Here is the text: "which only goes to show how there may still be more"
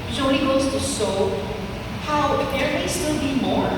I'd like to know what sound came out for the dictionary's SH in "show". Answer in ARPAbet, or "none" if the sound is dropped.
S